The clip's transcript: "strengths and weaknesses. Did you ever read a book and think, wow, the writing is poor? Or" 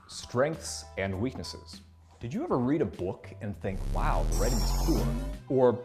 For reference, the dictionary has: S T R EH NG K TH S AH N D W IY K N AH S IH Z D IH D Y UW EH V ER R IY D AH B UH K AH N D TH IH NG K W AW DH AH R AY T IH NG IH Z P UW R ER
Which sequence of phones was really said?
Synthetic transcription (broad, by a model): S T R EH NG K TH S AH N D W IY K N AH S IH Z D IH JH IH EH V ER R IY D AH B UH K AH N TH IH NG K W AW DH AH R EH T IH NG IH Z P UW L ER